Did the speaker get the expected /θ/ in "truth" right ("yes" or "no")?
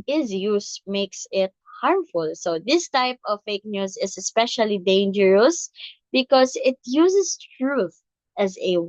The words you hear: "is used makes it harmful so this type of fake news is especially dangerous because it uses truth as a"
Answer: yes